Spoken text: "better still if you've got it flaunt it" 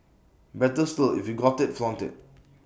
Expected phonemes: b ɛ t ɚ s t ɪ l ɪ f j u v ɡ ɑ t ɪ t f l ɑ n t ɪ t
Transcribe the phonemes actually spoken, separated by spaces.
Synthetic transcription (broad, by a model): b ɛ t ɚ s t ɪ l ɪ f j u ɡ ɑ t ɪ t f l ɑ n t ɪ t